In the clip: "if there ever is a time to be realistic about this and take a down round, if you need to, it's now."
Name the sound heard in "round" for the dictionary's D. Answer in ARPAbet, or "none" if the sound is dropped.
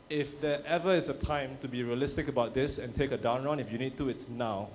none